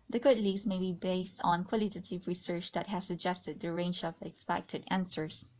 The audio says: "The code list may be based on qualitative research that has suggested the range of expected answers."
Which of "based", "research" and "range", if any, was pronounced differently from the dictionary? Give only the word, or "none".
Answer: none